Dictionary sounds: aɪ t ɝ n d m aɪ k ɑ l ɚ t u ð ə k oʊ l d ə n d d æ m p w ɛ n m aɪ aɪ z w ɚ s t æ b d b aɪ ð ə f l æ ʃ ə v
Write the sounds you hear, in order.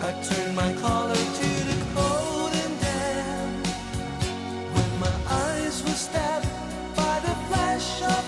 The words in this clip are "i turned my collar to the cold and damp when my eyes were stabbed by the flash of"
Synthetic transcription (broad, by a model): aɪ t ɝ n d m aɪ k ɑ l ɚ t u ð ə k oʊ l d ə n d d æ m w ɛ n m aɪ aɪ z w ɚ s t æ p b aɪ ð ə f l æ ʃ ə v